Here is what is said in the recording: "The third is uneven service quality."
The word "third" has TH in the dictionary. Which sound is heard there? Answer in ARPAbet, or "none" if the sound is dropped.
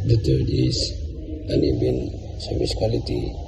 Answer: T